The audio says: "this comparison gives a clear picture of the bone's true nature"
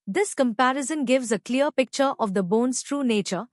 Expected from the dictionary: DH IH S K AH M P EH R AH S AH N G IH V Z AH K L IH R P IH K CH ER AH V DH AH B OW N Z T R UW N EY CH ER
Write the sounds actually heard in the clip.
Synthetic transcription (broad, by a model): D IH S K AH M P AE R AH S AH N G IH V Z AH K L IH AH P IH K CH ER AH V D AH B OW N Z T R UW N EY CH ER